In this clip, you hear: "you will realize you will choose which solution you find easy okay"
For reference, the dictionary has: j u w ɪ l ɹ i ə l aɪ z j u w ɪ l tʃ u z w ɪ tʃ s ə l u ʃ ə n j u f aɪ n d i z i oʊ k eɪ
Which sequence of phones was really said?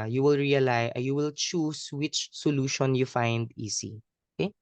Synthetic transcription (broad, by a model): j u w ɪ l ɹ i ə l aɪ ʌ j u w ɪ l tʃ u s w ɪ tʃ s ə l u ʃ ə n j u f aɪ n d i s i oʊ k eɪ